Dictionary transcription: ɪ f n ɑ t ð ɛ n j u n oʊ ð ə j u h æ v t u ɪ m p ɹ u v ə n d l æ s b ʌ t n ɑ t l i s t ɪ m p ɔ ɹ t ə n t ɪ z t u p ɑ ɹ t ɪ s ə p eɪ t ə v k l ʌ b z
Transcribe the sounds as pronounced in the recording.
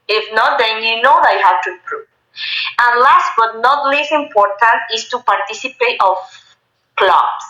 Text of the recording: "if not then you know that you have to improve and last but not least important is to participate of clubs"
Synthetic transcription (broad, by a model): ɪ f n ɑ t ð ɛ n j u n oʊ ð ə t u h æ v t u ɪ m p ɹ u v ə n l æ s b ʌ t n ɑ t l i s ɪ m p ɔ ɹ t ə n t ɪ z t u p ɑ ɹ t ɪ s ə p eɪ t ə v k l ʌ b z